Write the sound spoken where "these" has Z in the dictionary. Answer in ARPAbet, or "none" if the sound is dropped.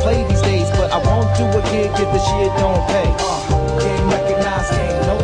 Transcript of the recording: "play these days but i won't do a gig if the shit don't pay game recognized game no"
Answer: Z